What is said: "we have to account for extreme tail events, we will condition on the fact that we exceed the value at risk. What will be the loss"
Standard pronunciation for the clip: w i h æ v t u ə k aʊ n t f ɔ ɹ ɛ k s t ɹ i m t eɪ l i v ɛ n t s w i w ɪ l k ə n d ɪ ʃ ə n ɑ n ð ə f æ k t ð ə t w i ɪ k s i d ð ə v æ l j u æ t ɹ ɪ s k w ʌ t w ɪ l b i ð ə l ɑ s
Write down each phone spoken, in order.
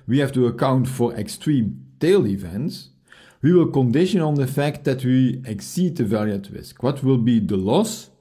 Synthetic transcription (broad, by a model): w i h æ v t u ə k aʊ n t f ɔ ɹ ɛ k s t ɹ i m t eɪ l i v ɛ n t s w i w ɪ l k ə n d ɪ ʃ ə n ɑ n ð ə f æ k t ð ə t w i ɪ k s i d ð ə v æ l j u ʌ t ɹ ɪ s k w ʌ t w ɪ l b i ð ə l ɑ s